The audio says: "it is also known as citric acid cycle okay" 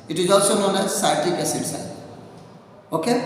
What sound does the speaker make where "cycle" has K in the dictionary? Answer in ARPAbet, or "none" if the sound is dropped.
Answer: none